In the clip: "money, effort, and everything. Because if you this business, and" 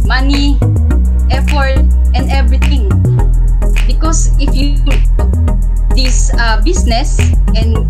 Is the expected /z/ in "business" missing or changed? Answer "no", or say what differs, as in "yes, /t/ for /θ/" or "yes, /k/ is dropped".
yes, /s/ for /z/